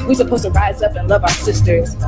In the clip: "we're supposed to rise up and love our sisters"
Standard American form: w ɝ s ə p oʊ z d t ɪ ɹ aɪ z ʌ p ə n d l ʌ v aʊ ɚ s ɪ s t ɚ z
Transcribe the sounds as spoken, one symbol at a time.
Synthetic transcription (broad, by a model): w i s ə p oʊ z t ɪ ɹ aɪ z ʌ p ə n l ʌ v aʊ ɚ s ɪ s t ɚ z